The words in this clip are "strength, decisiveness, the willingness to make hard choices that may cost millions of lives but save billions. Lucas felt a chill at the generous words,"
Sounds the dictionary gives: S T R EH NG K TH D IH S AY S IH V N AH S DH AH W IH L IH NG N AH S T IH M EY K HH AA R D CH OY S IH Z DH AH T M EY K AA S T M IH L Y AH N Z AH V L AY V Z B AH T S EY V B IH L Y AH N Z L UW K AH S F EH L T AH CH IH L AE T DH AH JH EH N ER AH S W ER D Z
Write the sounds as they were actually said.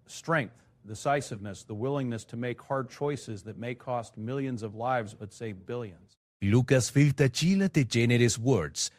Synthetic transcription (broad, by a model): S T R EH NG K TH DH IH S AY S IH V N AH S DH AH W IH L IH NG N AH S T IH M EY K HH AA R D CH OY S IH Z DH AH T M EY K AA S T M IH L Y AH N Z AH V L AY V Z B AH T S EY V B IH L Y AH N Z L UW K AH S F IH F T AH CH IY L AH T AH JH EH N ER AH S W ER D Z